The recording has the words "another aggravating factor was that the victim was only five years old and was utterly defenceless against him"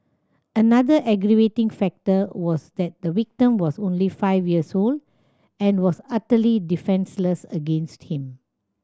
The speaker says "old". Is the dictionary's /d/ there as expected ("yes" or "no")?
yes